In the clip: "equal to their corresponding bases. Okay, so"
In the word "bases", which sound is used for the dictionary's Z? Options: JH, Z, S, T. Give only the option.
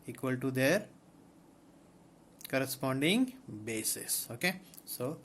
S